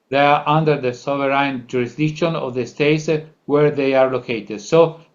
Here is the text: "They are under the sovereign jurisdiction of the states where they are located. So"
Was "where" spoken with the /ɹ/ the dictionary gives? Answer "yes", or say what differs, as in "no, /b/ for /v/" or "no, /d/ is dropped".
yes